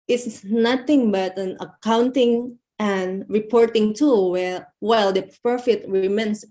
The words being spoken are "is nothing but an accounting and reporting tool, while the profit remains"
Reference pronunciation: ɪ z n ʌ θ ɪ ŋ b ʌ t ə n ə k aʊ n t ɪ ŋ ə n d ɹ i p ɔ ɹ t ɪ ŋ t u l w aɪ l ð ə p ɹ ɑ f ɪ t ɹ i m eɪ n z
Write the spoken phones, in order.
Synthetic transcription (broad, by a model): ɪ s n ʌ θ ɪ ŋ b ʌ t ə n ə k aʊ n t ɪ ŋ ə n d ɹ i p ɔ ɹ t ɪ ŋ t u w w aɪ l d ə p ɹ ɑ f ɪ t ɹ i m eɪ n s